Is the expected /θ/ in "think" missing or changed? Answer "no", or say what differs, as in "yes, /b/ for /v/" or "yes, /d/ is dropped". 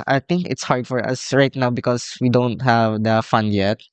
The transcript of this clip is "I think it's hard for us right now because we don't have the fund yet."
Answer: yes, /t/ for /θ/